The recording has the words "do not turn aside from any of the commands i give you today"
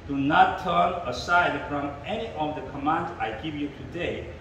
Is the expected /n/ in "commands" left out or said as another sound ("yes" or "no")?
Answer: no